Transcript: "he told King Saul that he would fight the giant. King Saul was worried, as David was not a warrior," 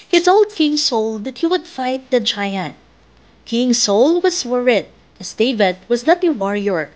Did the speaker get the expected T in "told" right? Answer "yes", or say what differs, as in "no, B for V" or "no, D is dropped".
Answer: no, S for T